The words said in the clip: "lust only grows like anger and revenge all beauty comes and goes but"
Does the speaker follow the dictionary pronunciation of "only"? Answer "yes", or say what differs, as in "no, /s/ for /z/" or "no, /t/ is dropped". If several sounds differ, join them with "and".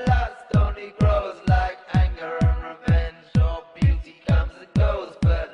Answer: no, /l/ is dropped